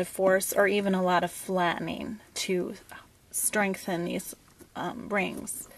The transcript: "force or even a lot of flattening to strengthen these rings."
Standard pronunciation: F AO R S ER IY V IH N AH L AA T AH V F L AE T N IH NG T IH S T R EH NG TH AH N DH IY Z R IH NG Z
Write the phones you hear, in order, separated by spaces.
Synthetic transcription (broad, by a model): F AO R S ER IY V IH N AH L AA T AH V F L AE T N IH NG T IH S T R EH NG TH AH N DH IY Z R IH NG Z